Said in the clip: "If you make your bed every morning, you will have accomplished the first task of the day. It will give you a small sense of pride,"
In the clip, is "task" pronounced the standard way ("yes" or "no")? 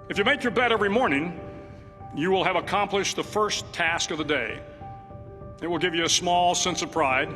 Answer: yes